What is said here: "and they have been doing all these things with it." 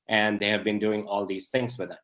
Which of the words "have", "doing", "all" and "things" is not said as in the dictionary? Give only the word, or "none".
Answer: things